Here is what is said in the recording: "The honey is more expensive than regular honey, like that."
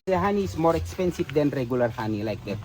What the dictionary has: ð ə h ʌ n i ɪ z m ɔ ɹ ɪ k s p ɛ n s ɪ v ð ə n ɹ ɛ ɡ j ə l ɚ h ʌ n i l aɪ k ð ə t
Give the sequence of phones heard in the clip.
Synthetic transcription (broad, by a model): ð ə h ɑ n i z m ɔ ɹ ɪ k s p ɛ n s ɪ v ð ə n ɹ ɛ ɡ j ə l ɚ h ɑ n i l aɪ k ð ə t